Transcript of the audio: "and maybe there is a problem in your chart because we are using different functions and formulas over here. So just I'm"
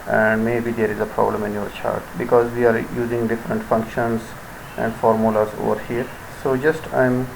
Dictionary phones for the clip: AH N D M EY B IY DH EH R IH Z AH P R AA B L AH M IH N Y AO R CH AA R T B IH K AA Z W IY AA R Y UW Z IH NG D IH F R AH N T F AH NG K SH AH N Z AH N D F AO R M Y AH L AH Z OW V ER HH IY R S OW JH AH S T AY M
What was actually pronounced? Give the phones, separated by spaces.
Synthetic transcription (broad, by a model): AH N D M EY B IY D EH R IH Z AH P R AA B L AH M IH N Y AO R CH AA R T B IH K AA Z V IY AA R Y UW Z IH NG D IH F R AH N T F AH NG K SH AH N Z AH N D F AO R M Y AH L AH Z OW V ER HH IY R S OW JH AH S T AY M